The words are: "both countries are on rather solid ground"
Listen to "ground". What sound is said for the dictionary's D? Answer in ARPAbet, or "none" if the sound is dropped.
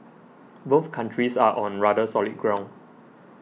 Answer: none